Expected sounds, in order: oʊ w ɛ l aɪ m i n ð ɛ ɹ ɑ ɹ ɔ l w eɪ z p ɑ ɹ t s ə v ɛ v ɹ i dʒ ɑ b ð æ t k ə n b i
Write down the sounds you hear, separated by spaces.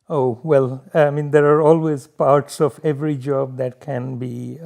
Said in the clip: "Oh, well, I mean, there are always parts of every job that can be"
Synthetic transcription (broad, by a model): oʊ w ɛ l aɪ m i n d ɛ ɹ ɑ ɹ ɔ l w eɪ z p ɑ ɹ t s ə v ɛ v ɹ i dʒ ɑ b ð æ t k ə n b i